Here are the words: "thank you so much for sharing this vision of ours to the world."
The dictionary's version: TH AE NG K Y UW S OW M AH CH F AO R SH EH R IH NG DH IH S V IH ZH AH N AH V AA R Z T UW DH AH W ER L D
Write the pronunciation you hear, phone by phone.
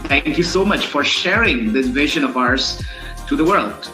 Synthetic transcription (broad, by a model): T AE NG K Y UW S OW M AH CH F AO R SH EH R IH NG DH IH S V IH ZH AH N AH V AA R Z T UW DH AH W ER L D